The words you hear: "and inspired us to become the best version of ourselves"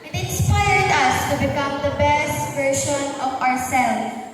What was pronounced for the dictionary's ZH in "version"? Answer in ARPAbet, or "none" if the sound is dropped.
SH